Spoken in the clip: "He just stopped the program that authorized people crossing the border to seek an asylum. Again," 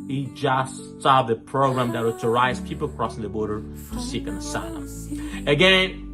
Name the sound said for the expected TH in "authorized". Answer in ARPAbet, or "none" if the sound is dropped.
T